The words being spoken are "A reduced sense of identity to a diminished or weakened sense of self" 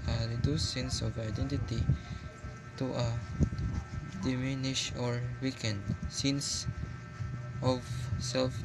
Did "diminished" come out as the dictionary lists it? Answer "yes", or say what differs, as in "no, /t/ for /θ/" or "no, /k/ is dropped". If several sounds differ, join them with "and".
no, /t/ is dropped